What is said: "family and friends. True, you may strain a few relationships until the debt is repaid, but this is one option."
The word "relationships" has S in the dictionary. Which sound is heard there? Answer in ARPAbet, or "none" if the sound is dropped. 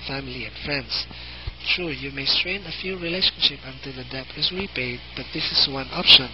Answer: none